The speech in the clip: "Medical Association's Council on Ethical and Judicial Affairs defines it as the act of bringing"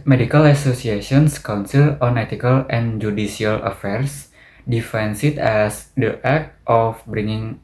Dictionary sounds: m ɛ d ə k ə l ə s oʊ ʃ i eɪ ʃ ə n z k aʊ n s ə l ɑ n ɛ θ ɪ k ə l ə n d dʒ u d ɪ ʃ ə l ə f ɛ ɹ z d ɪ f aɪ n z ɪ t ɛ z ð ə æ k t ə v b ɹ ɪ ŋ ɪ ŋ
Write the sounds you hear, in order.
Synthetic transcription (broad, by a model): m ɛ d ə k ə l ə s oʊ s i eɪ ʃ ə n s k aʊ n s ə l ɑ n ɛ t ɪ k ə l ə n dʒ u d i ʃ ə l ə f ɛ ɹ s d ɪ f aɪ n s ɪ t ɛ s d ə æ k t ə f b ɹ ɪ ŋ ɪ ŋ